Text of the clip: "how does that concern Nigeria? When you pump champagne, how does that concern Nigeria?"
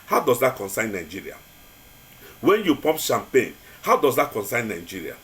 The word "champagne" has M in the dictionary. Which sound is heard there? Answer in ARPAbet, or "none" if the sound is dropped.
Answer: M